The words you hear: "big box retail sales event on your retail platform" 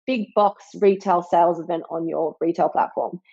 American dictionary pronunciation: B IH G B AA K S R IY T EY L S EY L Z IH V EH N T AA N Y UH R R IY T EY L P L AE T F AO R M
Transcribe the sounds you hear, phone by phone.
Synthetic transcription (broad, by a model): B IH G B AA K S R IY T EY L S EY L Z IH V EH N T N Y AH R R IY T EY L P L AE T F AO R M